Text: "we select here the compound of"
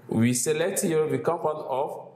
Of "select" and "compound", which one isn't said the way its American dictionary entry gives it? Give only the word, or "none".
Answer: compound